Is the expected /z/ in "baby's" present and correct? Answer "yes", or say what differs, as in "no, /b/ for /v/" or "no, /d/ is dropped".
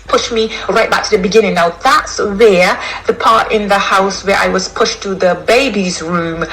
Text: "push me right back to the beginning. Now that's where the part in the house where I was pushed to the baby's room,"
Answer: yes